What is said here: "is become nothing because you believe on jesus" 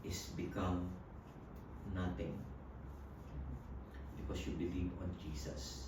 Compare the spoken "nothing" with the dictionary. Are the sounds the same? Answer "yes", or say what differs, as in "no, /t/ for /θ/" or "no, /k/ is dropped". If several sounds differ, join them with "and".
no, /t/ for /θ/